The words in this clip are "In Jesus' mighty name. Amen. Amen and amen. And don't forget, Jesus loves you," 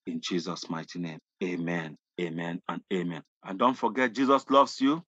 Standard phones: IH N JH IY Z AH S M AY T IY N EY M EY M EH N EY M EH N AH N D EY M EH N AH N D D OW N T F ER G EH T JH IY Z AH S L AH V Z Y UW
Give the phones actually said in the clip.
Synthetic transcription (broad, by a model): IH N JH IY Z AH S M AY T IY N EY M EY M EH N EY M EH N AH N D EY M EH N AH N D D OW N T F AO G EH T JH IY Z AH S L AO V S Y UW